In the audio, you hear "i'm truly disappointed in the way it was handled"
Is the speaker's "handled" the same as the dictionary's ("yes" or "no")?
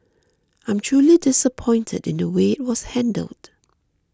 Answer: yes